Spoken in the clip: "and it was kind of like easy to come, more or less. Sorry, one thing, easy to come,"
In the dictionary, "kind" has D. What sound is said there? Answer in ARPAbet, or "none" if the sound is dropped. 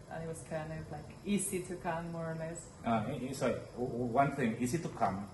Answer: none